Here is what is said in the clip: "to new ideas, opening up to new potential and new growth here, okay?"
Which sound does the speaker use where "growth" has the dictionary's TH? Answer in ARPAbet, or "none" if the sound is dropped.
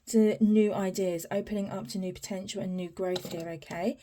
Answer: TH